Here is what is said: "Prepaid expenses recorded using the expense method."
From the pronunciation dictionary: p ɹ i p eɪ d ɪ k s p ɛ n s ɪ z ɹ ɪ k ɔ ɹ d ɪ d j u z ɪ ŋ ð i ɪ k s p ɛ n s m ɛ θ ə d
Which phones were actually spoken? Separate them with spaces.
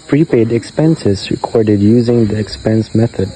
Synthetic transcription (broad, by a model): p ɹ i p eɪ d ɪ k s p ɛ n s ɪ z ɹ ɪ k ɔ ɹ d ɪ d j u z ɪ ŋ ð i ɪ k s p ɛ n s m ɛ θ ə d